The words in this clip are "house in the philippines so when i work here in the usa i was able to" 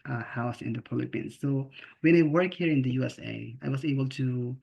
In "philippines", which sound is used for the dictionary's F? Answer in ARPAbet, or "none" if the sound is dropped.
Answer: P